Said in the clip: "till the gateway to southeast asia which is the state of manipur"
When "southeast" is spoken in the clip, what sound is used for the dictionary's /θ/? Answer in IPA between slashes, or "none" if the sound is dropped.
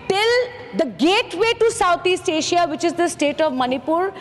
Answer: /t/